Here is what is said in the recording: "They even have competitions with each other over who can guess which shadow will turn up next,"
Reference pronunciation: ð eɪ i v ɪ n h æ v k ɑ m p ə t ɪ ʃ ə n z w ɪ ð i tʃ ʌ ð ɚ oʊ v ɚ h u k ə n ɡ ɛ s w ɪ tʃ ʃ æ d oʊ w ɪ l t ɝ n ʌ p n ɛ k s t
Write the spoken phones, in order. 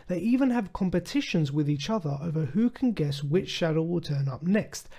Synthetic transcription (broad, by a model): ð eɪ i v ɪ n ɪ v k ɑ m p ə t ɪ ʃ ə n z w ɪ ð i tʃ ʌ ð ɚ oʊ v ɚ h u k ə n ɡ ɛ s w ɪ tʃ ʃ æ d oʊ w ɪ l t ɝ n ʌ p n ɛ k s t